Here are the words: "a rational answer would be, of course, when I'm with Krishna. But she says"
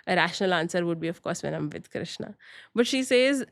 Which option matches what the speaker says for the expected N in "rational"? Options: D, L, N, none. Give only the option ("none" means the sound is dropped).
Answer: N